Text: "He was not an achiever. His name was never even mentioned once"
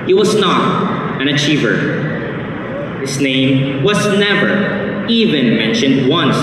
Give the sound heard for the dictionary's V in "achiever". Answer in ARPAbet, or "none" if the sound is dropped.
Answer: V